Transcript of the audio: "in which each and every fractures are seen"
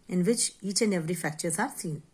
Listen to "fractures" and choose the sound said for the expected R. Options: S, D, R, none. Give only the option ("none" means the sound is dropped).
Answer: none